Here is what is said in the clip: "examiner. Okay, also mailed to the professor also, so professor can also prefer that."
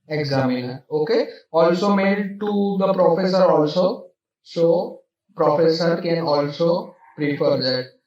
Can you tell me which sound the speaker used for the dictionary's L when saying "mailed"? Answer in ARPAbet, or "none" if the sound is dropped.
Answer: none